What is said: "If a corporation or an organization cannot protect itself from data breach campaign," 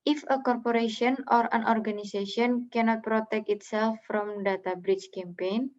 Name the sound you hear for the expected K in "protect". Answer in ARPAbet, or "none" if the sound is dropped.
K